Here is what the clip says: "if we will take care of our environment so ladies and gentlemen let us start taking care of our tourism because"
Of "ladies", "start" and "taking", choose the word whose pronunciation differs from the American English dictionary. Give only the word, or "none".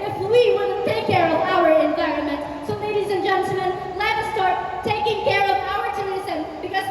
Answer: none